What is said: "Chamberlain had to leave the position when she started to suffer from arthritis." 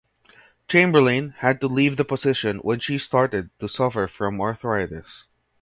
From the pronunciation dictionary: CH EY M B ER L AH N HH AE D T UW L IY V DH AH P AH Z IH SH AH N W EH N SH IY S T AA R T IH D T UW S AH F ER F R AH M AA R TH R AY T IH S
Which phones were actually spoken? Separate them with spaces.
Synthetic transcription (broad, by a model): CH EY M B ER L AH N HH AE D T UW L IY V DH AH P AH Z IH SH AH N W EH N SH IY S T AA R T IH D T UW S AH F ER F R AH M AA R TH R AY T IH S